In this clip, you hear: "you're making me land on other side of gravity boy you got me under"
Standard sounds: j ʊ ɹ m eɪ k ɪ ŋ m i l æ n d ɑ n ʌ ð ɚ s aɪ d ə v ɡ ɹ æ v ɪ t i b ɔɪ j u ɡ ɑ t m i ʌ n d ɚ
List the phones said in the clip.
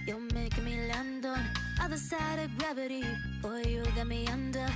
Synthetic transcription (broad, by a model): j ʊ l m eɪ ɪ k m i l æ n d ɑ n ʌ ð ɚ s aɪ d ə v ɡ ɹ æ v ɪ t i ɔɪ j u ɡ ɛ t m i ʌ n d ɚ